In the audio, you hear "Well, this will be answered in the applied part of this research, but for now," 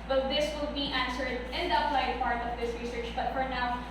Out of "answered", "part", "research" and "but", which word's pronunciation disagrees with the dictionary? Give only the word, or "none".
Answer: none